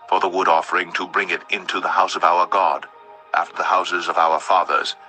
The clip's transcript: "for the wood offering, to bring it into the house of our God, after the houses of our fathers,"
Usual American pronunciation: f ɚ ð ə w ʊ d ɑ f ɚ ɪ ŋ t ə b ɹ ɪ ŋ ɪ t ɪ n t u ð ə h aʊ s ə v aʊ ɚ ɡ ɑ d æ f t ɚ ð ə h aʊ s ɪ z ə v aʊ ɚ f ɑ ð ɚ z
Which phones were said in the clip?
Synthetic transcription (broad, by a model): f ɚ ð ə w ʊ d ɑ f ɚ ɪ ŋ t ə b ɹ ɪ ŋ ɪ t ɪ n t u ð ə h aʊ s ə v aʊ ɚ ɡ ɑ d æ f t ɚ ð ə h aʊ s ɪ z ə v aʊ ɚ f ɑ ð ɚ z